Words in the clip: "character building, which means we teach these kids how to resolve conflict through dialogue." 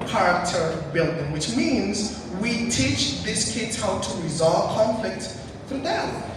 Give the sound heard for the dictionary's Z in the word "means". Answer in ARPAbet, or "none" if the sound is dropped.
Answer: Z